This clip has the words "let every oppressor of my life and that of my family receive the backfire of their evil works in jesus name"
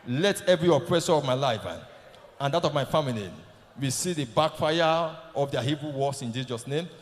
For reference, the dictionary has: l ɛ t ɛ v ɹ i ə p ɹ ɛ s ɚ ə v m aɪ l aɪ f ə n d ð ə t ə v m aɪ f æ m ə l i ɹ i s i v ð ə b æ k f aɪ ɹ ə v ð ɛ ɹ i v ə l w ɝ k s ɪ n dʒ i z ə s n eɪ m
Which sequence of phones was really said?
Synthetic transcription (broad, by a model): l ɛ t ɛ v ɹ i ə p ɹ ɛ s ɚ ə v m aɪ l aɪ f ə n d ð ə t ə v m aɪ f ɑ m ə l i w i s i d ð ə b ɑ k f aɪ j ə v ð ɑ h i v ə w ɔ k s ɪ n dʒ i z ə s n eɪ m